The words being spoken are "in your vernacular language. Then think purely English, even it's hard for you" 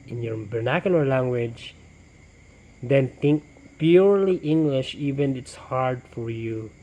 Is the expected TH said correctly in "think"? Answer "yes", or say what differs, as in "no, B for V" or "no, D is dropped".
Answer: no, T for TH